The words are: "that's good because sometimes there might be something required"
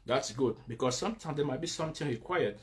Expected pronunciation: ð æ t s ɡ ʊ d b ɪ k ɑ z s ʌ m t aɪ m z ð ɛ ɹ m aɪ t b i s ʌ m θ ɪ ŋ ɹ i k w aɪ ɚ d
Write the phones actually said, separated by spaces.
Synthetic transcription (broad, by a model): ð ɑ t s ɡ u d b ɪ k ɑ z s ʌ m t aɪ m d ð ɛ m aɪ t b i s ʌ m t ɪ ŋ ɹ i k w aɪ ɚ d